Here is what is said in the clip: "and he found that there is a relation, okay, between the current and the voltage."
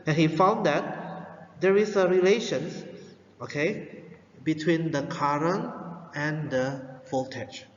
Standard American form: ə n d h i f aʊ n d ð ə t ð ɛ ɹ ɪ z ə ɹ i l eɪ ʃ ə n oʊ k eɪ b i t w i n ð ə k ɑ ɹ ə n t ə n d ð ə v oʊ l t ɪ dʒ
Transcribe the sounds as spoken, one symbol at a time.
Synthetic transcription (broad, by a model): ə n h i f aʊ n d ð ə t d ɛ ɹ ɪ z ə ɹ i l eɪ ʃ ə n oʊ k eɪ b i t w i n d ə k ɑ ɹ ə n ə n d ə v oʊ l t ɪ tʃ